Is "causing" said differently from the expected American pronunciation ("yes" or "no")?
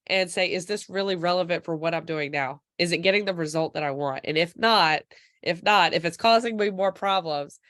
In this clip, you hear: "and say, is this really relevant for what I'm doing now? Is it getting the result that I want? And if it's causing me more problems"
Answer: no